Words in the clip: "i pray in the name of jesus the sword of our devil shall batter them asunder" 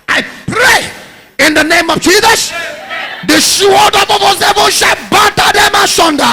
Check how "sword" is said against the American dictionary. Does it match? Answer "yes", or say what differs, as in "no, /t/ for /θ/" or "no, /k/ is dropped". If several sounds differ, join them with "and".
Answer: no, /ʃ/ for /s/